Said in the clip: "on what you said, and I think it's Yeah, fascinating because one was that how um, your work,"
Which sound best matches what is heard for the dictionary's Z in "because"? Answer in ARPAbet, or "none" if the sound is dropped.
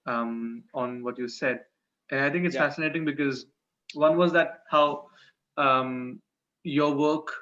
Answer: Z